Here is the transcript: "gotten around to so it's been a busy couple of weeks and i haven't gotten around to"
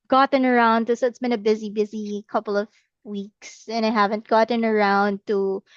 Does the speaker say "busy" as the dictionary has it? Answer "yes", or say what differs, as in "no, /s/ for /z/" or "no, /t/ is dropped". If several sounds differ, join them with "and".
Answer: yes